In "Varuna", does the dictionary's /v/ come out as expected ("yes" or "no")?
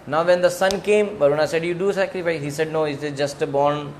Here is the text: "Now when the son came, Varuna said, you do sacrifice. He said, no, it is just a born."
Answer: no